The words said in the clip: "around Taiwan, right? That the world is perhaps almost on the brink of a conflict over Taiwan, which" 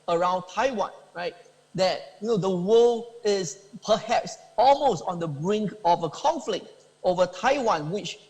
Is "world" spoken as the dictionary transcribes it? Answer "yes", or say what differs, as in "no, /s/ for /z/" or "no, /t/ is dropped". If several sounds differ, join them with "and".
no, /d/ is dropped